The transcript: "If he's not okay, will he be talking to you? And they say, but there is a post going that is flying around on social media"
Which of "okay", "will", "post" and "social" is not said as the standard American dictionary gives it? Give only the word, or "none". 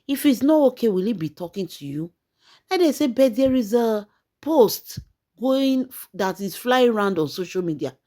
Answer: none